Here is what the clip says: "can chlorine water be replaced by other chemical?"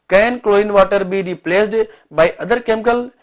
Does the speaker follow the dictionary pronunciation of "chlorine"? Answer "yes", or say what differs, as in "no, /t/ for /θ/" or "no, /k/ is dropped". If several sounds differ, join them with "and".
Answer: no, /ɹ/ is dropped